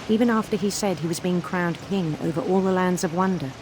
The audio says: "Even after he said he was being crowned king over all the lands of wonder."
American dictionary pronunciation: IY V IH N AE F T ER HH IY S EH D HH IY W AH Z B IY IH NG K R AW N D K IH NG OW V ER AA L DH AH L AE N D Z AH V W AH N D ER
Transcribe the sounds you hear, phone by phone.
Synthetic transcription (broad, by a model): IY V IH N AE F T ER IY S EH D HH IY W AH Z B IY IH NG K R AW N K IH NG OW V ER AA L DH AH L AE N D Z AH V W AH N D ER